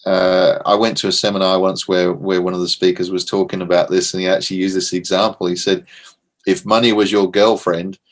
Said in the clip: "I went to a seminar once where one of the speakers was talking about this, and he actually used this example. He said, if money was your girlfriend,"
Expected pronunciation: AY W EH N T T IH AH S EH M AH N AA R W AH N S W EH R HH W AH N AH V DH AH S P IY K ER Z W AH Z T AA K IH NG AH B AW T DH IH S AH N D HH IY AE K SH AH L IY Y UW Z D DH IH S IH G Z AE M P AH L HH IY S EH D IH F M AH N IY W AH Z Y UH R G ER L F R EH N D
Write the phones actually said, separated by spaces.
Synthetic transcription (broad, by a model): AY W EH N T T IH AH S EH M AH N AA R W AH N S W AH R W W AH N AH V DH AH S P IY K ER Z W AH Z T AA K IH NG AH B AW T DH IH S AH N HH IY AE K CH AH L IY Y UW Z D DH IH S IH G Z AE M P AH L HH IY S EH D IH F M AH N IY W AH Z Y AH R G ER L F R EH N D